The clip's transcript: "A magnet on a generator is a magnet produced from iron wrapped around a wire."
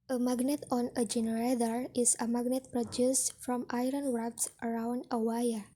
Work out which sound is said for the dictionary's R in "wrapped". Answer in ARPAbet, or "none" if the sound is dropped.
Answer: W